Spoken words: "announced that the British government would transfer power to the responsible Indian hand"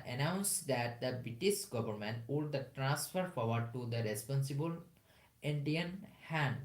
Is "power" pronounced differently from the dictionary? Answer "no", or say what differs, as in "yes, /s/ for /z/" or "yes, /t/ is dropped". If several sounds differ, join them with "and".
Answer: yes, /f/ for /p/